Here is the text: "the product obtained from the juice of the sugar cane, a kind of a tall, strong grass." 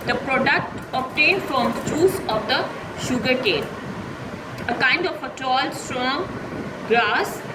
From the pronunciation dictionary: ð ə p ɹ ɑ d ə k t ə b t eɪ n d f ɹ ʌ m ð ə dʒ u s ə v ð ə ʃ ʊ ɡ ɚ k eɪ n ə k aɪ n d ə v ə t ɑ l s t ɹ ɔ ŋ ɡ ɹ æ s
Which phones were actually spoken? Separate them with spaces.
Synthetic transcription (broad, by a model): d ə p ɹ ɑ d ə k t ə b t eɪ n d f ɹ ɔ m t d u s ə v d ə ʃ ʊ ɡ ɚ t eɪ l ə k aɪ n d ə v ə t ɑ l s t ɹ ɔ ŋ ɡ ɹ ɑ s